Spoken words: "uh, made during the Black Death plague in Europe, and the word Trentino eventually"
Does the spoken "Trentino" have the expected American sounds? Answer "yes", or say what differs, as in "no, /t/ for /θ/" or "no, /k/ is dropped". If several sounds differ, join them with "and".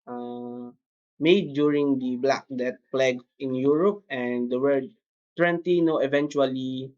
no, /w/ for /ɹ/